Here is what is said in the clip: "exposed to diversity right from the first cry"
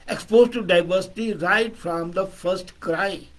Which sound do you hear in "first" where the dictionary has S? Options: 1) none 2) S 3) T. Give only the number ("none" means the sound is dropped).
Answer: 2